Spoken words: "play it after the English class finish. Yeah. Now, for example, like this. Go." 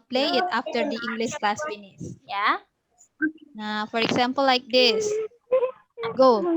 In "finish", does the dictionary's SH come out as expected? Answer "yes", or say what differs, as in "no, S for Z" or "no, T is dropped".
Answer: no, S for SH